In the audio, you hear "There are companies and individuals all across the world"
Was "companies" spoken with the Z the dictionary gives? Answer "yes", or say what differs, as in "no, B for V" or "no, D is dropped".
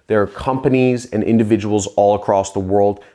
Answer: yes